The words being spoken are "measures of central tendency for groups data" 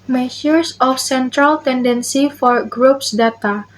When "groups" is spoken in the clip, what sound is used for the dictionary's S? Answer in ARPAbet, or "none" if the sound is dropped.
S